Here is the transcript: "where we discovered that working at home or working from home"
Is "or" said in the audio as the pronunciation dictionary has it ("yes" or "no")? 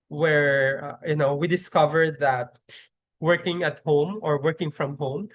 yes